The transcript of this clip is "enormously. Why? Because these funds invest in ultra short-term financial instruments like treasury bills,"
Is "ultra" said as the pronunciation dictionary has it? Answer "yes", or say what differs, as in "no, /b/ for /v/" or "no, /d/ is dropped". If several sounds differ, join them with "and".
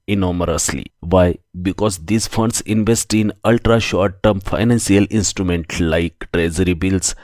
yes